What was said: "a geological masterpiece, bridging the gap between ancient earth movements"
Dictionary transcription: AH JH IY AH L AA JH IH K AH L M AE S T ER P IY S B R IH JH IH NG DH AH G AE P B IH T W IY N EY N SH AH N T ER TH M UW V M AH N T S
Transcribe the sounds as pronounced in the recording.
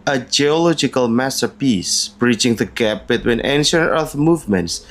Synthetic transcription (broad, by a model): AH JH IY AH L AA JH IH K AH L M AE S T ER P IY S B R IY CH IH NG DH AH G AE P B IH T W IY N EY N SH AH N T ER TH M UW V M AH N T S